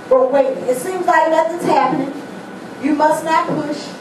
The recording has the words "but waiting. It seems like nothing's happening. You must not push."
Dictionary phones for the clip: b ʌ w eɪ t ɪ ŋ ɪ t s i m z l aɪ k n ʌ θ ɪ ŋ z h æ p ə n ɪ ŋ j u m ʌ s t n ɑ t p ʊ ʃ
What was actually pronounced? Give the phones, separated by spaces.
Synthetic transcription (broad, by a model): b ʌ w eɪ ɪ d ɪ t s i m z l aɪ k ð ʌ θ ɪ z h æ p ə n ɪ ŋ j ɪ m ʌ s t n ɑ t p ʊ ʃ